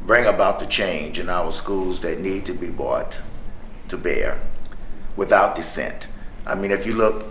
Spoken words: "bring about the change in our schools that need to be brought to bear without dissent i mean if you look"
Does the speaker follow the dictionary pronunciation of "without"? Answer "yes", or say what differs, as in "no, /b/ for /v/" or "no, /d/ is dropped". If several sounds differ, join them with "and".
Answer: yes